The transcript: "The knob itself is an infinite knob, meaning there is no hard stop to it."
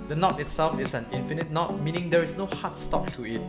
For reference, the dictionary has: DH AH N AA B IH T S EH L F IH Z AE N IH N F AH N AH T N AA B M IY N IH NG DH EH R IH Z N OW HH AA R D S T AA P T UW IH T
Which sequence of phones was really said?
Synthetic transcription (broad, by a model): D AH N AA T IH T S EH L F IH S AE N IH N F AH N AH T N AA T M IY N IH NG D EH R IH S N OW HH AA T S T AA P T UW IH T